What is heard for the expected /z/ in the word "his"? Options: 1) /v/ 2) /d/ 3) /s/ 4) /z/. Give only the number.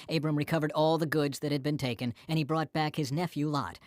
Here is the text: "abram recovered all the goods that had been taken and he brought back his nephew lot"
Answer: 4